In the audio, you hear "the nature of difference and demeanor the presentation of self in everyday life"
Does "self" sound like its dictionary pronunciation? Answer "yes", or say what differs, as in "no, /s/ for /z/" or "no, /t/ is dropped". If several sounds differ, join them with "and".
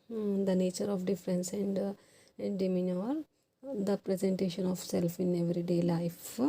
yes